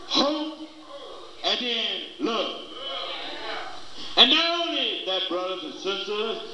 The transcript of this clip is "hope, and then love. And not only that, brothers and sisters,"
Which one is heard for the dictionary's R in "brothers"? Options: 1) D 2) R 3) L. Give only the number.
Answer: 2